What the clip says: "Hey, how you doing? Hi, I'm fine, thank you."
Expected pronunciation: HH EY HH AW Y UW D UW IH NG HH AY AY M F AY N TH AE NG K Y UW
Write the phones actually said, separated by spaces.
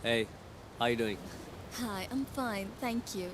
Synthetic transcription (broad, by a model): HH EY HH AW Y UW D UW IH NG HH AY AY M F AY N TH AE NG K Y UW